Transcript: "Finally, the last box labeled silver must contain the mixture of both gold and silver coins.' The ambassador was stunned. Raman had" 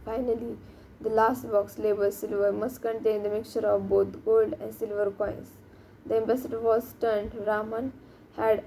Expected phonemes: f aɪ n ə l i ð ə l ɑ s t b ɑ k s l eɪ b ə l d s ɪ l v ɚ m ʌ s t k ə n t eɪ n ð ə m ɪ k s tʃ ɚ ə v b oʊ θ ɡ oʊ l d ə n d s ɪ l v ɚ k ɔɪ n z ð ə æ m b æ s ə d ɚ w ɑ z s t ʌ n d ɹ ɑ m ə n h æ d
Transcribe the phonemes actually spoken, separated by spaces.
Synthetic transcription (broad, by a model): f aɪ n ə l i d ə l ɑ s t b ɑ k s l eɪ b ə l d s ɪ l v ɚ m ʌ s t k ə n t eɪ n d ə m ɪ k tʃ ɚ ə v b oʊ t ɡ oʊ l d ə n d s ɪ l v ɚ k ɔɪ n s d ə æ m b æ s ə d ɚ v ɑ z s t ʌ n d ɹ ɑ m ə n h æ d